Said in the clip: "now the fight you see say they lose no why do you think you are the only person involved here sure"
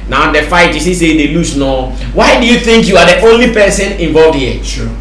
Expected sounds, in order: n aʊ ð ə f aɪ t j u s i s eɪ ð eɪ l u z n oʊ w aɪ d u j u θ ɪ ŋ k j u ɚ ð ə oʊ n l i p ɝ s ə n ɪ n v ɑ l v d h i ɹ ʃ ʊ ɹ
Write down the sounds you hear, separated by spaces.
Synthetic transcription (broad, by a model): n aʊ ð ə f aɪ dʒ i s i s eɪ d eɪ l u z n oʊ w aɪ d u j u θ ɪ ŋ k j u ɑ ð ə oʊ n l i p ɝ s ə n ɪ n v ɑ l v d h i